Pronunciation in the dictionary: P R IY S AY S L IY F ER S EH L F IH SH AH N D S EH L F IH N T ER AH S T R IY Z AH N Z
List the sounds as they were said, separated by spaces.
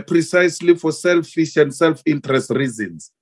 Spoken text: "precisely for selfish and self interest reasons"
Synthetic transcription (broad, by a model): P R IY S AY S L IY F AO S EH L F IH SH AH N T S EH L F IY N T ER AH S T R IY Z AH N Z